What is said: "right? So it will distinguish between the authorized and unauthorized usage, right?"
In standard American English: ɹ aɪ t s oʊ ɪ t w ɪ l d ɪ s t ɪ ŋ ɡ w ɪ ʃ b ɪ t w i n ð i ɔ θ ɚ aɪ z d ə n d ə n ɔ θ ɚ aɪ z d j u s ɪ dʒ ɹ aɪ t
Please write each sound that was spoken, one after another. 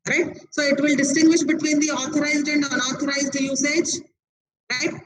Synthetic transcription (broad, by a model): ɹ aɪ t s oʊ ɪ t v ɪ l d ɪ s t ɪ ŋ ɡ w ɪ ʃ b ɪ t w i n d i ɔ t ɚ aɪ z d ə n d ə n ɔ t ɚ aɪ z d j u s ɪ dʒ ɹ aɪ t